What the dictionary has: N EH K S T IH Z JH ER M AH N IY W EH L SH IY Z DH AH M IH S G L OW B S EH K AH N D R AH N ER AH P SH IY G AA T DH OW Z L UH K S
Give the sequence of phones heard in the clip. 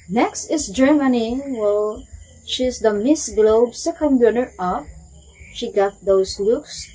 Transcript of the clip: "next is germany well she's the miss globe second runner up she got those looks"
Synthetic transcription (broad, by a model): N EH K S T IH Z JH ER M AH N IY W EH L SH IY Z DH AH M IH S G L OW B S EH K AH N D W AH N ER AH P SH IY G AA T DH OW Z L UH K S